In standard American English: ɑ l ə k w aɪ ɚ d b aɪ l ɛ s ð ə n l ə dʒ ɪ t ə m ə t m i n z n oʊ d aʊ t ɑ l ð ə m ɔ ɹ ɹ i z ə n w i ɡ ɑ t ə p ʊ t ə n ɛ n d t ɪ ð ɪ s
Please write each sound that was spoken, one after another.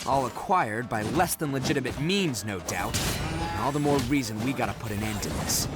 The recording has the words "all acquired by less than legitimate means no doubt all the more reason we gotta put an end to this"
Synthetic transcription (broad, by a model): ɑ l ə k w aɪ ɚ d b aɪ l ɛ s ð ə n l ə dʒ ɪ t ə m ə t m i n z n oʊ d aʊ t ɑ l ð ə m ɔ ɹ ɹ i z ə n w i ɡ ɑ t ə p ʊ t ə n ɛ n d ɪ ð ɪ s